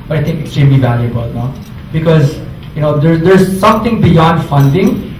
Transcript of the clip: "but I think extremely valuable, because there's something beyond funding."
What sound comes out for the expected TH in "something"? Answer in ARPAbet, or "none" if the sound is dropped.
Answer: T